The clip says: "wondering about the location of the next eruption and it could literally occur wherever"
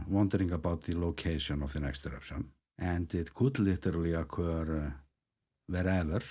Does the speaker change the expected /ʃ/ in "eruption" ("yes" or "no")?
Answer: yes